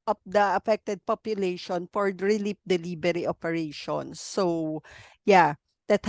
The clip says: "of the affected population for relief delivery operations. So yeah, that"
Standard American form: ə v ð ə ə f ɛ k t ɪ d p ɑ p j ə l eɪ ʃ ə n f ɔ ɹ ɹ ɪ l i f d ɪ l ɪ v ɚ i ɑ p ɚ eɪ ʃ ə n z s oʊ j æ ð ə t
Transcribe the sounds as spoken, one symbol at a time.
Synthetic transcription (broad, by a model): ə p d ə ə f ɛ k t ɪ d p ɑ p j ə l eɪ ʃ ə n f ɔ ɹ ɹ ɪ l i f d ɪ l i b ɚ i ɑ p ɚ eɪ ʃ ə n s oʊ j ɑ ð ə t